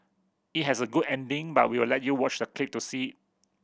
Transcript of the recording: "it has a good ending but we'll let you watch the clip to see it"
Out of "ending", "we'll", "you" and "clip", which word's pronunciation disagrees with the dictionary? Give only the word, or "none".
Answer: we'll